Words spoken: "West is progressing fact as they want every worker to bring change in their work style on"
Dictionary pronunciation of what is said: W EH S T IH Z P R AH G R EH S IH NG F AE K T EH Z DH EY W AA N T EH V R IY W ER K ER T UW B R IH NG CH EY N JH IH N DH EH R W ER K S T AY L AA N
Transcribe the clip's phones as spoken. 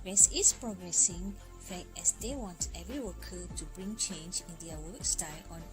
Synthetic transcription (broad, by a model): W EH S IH S P R AH G R EH S IH NG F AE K EH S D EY W AA N T EH V R IY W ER K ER T UW B R IH NG CH EY N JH IH N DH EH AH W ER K S T AY L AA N